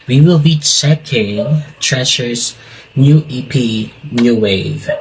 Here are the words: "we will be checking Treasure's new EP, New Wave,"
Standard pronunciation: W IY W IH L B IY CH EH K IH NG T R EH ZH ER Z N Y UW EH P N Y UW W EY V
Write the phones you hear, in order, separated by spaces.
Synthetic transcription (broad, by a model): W IY W IH L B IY S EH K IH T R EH SH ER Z N Y UW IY P N Y UW W EY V